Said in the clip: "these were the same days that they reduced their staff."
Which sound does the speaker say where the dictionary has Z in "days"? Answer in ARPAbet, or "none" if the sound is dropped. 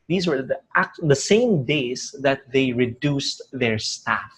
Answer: S